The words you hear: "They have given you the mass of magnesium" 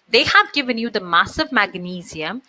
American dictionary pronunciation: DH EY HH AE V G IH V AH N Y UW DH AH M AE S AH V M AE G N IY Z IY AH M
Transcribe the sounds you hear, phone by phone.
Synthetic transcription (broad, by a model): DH EY HH AE V G IH V AH N Y UW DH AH M AE S AH V M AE G N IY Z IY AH M